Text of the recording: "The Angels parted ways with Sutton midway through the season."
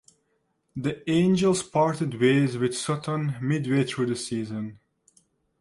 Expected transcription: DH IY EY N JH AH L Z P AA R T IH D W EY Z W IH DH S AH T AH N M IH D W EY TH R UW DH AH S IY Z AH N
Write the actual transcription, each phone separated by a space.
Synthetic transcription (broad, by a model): DH IY EY N JH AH L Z P AA R T IH D W EY Z W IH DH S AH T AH N M IH D W EY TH R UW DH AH S IY Z AH N